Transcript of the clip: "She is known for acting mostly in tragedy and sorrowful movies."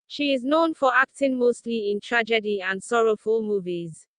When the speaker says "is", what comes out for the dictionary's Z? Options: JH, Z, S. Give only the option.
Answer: Z